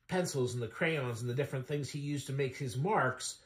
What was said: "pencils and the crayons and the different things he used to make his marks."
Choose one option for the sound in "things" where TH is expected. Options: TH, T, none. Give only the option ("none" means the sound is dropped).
TH